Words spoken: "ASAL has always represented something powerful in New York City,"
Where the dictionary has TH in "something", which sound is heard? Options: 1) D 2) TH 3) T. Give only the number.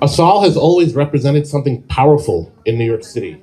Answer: 2